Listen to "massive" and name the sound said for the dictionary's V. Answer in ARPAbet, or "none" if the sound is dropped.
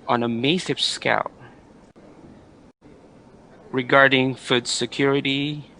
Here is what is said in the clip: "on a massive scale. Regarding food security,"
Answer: P